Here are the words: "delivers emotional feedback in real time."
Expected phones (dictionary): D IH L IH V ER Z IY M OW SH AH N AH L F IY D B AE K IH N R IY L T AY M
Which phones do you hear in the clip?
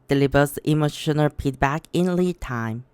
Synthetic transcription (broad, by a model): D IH L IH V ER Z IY M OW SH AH N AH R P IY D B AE K IH N L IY T AY M